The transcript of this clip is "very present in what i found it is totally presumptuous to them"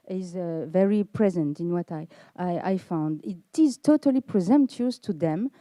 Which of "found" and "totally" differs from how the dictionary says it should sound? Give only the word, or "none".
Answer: none